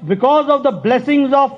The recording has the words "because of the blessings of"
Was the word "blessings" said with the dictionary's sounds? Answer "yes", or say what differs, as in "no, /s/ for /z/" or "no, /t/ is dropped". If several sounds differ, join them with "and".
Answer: yes